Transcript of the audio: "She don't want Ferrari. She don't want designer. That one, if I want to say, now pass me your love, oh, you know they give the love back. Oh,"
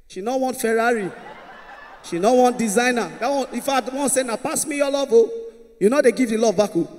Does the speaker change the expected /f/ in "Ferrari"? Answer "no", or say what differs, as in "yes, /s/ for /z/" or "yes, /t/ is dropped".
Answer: no